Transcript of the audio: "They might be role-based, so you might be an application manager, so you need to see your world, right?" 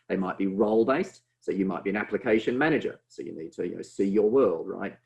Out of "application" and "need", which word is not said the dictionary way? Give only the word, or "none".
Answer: none